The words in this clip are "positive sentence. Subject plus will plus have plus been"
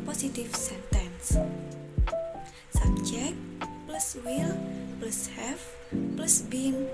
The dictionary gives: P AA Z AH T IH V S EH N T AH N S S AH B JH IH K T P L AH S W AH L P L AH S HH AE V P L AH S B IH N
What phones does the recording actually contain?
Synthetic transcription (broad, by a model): P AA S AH T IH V S EH N T AH N S S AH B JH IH K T P L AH S W AH L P L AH S HH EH F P L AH S B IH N